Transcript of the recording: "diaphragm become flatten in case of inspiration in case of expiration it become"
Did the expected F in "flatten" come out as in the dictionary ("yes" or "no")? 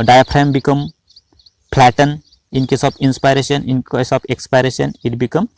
no